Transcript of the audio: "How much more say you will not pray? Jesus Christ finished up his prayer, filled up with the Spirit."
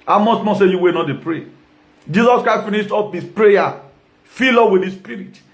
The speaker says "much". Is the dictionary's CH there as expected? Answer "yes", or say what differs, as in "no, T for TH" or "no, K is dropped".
no, S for CH